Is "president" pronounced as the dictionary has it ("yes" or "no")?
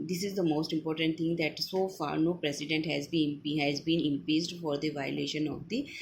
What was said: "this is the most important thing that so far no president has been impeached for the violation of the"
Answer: no